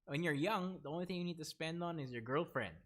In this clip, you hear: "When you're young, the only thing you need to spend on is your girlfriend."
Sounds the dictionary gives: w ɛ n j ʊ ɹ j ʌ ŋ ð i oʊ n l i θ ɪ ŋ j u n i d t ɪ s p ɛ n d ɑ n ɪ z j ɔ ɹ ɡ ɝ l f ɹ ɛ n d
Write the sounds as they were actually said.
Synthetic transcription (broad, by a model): w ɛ n j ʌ ɹ j ʌ ŋ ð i oʊ n l i θ ɪ ŋ j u n i d t ɪ s p ɛ n d ɑ n ɪ z j ɔ ɹ ɡ ɝ l f ɹ ɛ n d